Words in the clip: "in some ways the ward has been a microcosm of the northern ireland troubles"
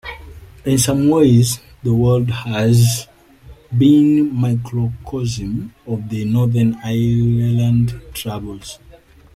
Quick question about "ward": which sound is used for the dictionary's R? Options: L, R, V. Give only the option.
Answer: L